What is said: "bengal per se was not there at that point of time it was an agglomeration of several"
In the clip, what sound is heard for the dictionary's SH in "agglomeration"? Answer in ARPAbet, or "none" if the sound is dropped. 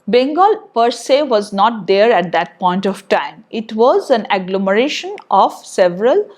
SH